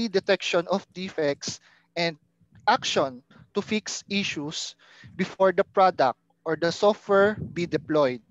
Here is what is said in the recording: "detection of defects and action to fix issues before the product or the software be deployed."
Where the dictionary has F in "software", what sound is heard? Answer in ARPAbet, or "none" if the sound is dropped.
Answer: F